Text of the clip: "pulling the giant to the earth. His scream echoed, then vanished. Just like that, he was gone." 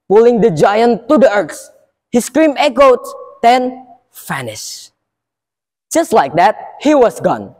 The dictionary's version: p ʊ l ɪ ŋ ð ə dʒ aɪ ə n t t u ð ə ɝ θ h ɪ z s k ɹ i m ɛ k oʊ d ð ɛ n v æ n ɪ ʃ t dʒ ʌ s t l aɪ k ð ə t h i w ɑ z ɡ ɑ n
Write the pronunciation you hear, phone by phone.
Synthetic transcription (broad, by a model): p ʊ l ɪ ŋ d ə dʒ aɪ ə n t t u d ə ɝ s h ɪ s k ɹ i m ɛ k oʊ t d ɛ n f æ n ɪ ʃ dʒ ʌ s t l aɪ k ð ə t h i w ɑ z ɡ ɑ n